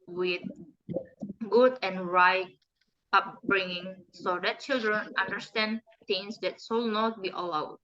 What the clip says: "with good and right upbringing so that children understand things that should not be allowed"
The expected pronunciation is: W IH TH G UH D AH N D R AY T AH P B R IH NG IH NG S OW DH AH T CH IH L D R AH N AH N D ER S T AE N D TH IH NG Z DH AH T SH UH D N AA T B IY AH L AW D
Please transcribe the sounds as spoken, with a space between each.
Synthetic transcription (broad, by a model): W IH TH G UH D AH N R AY T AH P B R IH NG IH NG S OW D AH T CH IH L D R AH N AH N D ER S T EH N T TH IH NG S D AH T S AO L N AA T B IY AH L AW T